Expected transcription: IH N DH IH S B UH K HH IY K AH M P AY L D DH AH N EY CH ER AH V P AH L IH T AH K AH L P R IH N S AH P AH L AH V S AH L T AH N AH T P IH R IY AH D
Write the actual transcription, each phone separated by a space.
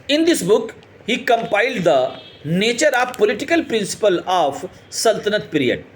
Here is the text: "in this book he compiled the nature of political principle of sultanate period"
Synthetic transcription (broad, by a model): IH N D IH S B UH K HH IY K AH M P AY L D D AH N EY CH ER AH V P AH L IH T AH K AH L P R IH N S AH P AH L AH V S AH L T AH N AH T P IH R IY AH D